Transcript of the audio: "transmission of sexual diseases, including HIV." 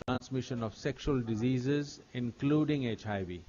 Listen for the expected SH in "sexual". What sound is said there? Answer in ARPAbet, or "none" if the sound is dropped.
SH